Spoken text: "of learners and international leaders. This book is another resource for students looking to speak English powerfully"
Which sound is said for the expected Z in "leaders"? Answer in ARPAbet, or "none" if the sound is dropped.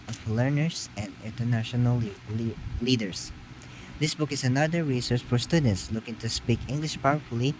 S